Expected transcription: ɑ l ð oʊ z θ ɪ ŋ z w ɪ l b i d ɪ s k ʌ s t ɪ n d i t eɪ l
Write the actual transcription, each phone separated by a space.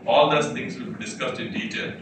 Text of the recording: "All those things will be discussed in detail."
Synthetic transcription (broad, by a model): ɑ l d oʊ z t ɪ ŋ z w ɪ l b i d ɪ s k ʌ s t ɪ n d i t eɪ l